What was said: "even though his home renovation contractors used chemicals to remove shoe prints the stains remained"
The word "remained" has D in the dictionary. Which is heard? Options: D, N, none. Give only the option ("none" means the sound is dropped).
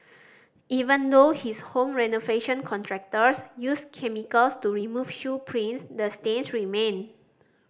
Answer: none